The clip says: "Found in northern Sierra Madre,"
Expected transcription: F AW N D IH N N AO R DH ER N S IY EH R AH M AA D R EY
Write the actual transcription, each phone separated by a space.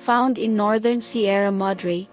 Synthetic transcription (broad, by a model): F AW N D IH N N AO R DH ER N S IY EH R AH M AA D R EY